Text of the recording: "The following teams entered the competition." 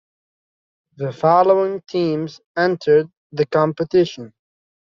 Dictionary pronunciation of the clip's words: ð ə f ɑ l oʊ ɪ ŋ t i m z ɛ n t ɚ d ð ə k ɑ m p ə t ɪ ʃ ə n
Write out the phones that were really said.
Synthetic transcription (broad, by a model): ð ə f ɑ l oʊ ɪ ŋ t i m z ɛ n t ɚ d ð ə k ɑ m p ə t ɪ ʃ ə n